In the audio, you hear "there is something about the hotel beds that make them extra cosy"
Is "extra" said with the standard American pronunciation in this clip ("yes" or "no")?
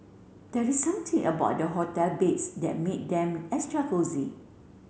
no